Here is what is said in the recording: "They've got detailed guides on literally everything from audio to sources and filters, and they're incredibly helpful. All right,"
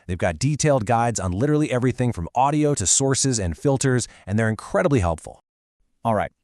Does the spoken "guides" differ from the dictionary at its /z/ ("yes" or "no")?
no